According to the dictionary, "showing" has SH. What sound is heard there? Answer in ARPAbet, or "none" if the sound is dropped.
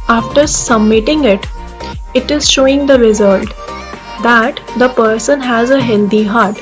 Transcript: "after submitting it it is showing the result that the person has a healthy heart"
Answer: SH